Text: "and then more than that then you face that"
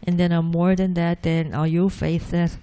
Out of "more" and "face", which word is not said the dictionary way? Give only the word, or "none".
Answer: face